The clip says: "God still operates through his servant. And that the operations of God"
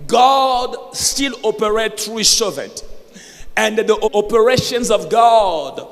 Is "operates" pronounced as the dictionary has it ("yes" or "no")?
no